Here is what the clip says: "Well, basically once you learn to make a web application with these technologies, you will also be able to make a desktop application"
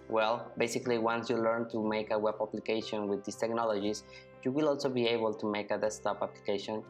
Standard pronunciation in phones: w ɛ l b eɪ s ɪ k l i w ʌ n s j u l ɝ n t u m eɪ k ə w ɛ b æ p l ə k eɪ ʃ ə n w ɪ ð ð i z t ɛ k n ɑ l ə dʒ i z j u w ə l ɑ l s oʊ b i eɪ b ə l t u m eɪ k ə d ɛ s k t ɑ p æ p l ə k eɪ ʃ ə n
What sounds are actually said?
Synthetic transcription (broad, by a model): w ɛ l b eɪ s ɪ k l i w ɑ n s j u l ɝ n t u m eɪ k ə w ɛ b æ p l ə k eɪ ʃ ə n w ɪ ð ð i s t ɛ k n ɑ l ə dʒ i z j u w ə l ɑ l s oʊ b i eɪ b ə l t u m eɪ k ə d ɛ s t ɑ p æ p l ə k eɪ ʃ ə n